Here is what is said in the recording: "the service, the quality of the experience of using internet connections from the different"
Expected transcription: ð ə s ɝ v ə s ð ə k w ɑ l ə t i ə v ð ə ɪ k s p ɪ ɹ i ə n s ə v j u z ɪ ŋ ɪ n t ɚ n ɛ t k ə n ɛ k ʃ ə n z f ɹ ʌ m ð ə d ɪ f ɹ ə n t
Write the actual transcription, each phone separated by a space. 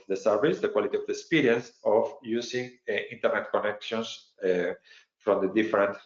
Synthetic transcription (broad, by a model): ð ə s ɝ v ə s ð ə k w ɑ l ə t i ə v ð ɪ k s p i ɹ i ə n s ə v j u s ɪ ŋ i n t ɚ n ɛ t k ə n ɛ k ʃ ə n s f ɹ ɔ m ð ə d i f ɹ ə n t